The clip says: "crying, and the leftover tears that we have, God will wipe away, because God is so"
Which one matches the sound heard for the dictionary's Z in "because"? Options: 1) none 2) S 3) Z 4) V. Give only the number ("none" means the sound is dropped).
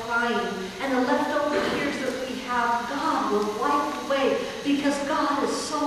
3